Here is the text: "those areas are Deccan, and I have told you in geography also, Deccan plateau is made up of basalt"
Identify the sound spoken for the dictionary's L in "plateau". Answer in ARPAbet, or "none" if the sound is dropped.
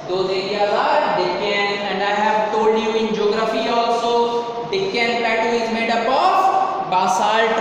none